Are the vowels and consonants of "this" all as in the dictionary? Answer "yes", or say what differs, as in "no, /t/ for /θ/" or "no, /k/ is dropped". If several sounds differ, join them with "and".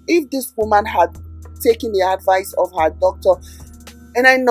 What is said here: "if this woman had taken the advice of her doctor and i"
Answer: yes